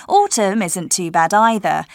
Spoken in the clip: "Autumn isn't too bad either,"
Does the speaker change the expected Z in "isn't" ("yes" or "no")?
no